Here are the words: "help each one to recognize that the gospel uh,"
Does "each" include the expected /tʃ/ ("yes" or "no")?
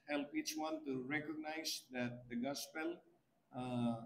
yes